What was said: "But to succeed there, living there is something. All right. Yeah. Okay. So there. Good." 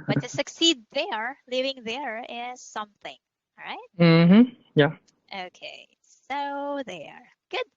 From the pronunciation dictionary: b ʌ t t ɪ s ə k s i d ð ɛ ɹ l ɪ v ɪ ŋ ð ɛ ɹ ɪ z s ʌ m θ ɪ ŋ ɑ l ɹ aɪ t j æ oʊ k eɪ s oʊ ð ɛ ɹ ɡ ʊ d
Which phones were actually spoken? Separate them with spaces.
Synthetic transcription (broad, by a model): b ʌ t t ɪ s ə k s i d ð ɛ ɹ l ɪ v ɪ ŋ ð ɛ ɹ ɪ z s ʌ m θ ɪ ŋ ɹ aɪ t j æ oʊ k eɪ s oʊ ð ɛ ɹ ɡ ʊ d